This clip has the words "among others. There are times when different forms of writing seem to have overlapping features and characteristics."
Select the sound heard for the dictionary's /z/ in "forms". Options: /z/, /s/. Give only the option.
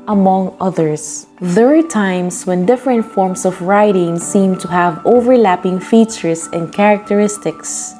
/s/